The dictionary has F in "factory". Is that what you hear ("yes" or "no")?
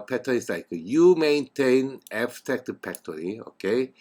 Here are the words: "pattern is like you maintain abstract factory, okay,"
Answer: no